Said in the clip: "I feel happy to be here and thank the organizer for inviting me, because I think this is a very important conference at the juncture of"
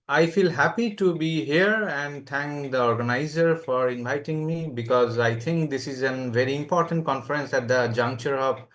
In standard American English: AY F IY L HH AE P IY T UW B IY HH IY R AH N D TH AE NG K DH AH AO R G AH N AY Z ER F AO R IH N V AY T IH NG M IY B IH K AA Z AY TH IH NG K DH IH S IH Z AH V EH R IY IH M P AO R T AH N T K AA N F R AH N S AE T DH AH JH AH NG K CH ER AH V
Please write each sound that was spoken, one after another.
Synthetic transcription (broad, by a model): AY F IY L HH AE P IY T UW B IY HH IY R AH N D T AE NG K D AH AO R G AH N AY Z ER F AO R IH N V AY T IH NG M IY B IH K AA Z AY T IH NG K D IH S IH Z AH V EH R IY IH M P AO R T AH N T K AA N F R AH N S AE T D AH JH AH NG K CH ER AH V